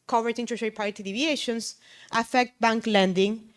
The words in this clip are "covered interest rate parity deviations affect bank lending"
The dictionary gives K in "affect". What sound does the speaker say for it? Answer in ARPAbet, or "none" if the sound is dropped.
K